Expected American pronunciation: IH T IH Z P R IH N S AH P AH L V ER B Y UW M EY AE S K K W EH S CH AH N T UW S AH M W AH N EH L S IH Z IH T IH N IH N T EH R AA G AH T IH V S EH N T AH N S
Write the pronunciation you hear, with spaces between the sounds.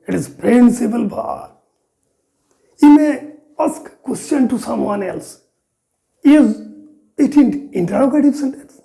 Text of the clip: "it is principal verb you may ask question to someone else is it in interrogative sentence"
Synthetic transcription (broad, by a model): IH T IH Z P R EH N S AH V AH L B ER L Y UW M EY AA S K K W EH S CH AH N T UW S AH M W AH N EH L S IH Z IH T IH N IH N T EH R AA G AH T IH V S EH N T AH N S